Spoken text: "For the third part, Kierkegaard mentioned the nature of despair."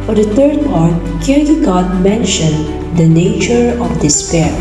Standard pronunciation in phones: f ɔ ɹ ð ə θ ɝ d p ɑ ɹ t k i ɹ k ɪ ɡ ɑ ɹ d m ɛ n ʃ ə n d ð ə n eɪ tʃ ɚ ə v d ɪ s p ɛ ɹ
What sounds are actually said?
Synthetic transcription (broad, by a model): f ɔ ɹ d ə t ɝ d p ɑ ɹ t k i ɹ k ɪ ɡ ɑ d m ɛ n ʃ ə n d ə n eɪ tʃ ɚ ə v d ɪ s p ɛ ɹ